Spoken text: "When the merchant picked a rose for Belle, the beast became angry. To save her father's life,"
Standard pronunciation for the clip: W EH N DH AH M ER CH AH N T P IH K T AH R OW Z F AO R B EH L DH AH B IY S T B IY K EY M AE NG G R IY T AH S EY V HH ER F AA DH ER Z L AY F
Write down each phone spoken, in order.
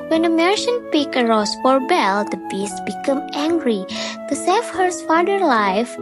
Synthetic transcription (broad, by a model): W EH N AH M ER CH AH N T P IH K AH R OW S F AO R B EH L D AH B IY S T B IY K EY M AE NG G R IY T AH S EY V HH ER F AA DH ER L AY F